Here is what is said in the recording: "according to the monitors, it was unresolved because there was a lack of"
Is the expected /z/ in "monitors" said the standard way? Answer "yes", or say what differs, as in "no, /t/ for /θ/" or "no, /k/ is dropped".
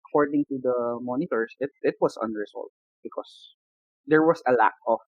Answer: no, /s/ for /z/